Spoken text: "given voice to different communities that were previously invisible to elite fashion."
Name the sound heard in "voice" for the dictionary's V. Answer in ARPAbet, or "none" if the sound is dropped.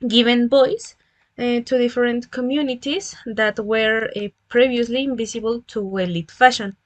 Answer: B